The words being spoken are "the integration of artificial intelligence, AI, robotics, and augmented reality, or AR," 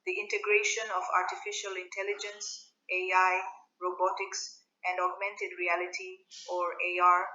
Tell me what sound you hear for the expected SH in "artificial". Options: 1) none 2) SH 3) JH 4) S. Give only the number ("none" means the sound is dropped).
2